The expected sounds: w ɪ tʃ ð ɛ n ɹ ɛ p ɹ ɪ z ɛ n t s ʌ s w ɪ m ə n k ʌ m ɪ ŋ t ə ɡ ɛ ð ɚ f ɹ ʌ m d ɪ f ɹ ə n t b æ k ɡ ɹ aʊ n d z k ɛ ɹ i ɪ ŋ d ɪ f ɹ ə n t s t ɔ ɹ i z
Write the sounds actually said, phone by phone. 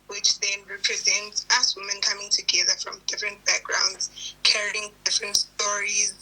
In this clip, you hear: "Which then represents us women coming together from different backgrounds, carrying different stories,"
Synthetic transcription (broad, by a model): w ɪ tʃ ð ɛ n ɹ ɛ p ɹ ɪ z ɛ n t s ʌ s w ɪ m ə n k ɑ m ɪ ŋ t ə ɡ ɛ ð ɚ f ɹ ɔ m d ɪ f ɹ ə n t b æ k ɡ ɹ aʊ n d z k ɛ ɹ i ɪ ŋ d ɪ f ɹ ə n t s t ɔ ɹ i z